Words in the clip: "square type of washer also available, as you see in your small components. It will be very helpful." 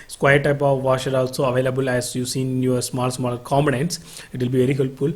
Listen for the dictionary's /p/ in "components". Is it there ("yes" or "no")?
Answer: no